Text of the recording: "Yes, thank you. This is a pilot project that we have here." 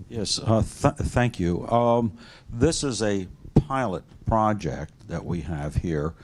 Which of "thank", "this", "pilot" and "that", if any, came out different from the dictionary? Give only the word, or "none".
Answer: none